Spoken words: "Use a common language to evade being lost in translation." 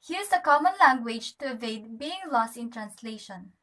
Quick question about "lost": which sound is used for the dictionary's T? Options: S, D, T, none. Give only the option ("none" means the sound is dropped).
T